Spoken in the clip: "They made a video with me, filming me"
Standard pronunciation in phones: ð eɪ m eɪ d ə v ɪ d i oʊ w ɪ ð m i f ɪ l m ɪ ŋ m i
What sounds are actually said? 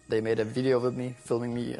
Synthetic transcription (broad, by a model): ð eɪ m eɪ d ə v ɪ d i oʊ w ɪ ð m i f ɪ l m ɪ ŋ m i